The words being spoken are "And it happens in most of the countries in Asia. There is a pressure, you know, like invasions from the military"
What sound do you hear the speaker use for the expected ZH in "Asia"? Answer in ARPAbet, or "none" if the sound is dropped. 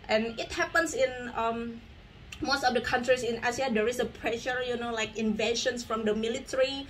S